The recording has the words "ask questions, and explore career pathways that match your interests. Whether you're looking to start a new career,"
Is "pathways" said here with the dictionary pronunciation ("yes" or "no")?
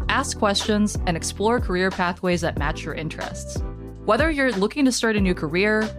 yes